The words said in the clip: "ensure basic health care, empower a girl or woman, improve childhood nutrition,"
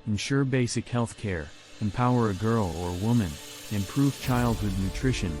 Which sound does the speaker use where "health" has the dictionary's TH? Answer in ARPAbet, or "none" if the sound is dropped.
TH